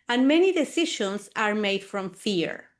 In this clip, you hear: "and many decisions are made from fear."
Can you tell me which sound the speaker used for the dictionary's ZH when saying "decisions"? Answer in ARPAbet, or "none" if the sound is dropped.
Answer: SH